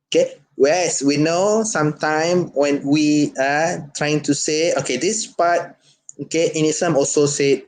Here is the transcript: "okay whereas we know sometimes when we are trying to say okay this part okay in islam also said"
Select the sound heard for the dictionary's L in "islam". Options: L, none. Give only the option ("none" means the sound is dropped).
none